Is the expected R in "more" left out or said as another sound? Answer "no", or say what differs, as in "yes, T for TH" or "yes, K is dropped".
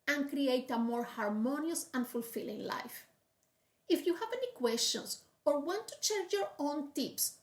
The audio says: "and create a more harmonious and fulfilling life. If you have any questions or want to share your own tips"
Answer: no